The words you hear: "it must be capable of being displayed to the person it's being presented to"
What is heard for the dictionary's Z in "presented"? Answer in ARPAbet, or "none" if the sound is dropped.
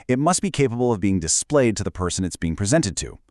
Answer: Z